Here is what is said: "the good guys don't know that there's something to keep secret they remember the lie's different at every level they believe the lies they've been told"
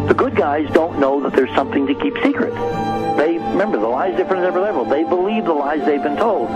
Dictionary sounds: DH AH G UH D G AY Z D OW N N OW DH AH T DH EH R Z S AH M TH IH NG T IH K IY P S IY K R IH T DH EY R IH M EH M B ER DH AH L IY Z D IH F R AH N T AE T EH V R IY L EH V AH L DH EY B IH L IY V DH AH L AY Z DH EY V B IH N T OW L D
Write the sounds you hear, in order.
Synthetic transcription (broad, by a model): DH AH G UH D G AY Z D OW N N OW DH AH T DH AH R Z S AH M TH IH NG T IH K IY P S IY K R IH T DH EY R IH M EH M B ER DH AH L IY Z D IH F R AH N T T EH V R IY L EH V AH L DH EY B IH L IY V DH AH L AY Z DH EY V B IH N T OW L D